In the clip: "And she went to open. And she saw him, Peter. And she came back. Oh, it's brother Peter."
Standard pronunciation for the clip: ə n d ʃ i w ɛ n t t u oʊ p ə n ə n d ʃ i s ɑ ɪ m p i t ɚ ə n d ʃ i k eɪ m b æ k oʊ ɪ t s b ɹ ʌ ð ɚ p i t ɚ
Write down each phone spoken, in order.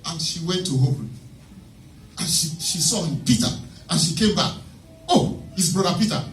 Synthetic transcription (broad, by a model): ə n ʃ i w ɛ n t t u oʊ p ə ə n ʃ ʃ i s ɑ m p i t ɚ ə n ʃ i k eɪ m b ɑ k oʊ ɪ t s b ɹ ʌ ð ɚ p i t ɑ